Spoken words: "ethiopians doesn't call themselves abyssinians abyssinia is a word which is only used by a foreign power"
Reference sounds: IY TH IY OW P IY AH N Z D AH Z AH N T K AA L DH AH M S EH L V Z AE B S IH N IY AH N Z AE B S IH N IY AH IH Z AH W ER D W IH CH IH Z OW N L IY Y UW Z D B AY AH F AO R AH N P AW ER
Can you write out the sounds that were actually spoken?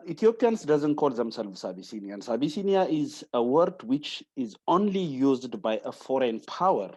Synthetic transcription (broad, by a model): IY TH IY OW P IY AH N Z D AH Z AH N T K AA L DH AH M S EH L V S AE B S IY N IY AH N S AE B S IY N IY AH IH Z AH W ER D W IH CH IH Z OW N L IY Y UW Z D B AY AH F AO R AH N P AW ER